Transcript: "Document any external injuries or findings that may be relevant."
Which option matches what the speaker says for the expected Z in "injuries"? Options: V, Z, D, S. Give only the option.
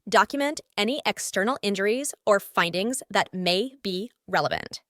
Z